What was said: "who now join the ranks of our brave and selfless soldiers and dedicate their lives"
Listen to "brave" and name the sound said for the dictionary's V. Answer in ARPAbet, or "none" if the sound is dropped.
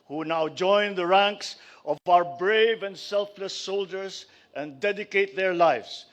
V